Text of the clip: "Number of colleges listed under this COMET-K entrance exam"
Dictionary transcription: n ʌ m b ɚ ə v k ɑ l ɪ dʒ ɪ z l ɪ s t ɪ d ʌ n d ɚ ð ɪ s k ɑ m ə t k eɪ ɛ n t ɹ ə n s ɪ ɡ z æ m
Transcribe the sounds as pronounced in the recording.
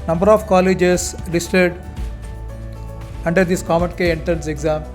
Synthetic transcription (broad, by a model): n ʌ m b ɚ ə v k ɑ l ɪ dʒ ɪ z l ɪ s t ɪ d ʌ n d ɚ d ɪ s k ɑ m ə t k eɪ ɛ n t ə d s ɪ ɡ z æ m